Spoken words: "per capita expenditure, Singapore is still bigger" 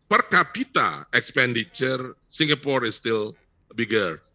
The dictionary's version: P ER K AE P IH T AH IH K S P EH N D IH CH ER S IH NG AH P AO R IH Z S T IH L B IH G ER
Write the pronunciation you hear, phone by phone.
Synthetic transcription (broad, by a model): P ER K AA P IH T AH IH K S P EH N D IH CH ER S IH NG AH P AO R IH S T IH L B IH G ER